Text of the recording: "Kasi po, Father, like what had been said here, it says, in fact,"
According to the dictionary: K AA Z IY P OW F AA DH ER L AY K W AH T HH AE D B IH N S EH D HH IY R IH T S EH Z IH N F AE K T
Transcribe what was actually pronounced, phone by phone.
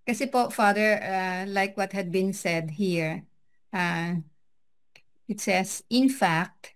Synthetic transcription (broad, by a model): K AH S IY P OW F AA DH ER L AY K W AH T HH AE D B IH N S EH D HH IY R IH T S EH S IH N F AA K T